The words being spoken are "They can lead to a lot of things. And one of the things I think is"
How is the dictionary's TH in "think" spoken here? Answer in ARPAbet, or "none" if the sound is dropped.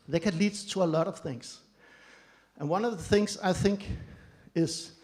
TH